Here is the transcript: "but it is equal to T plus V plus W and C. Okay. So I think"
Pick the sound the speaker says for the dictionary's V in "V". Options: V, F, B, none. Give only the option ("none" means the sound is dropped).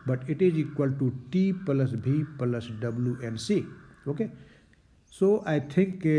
B